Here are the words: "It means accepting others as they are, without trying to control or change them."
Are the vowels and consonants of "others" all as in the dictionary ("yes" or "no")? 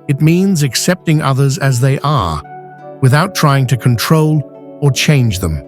yes